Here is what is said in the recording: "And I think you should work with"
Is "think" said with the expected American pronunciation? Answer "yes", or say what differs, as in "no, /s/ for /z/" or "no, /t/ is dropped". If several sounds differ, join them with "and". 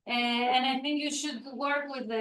yes